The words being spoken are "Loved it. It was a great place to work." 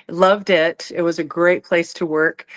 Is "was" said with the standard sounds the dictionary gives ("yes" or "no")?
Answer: yes